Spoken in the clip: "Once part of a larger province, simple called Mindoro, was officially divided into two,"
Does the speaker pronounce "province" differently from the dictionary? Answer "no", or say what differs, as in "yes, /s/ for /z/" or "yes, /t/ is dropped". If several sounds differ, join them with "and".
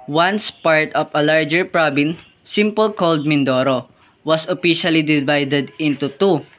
yes, /b/ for /v/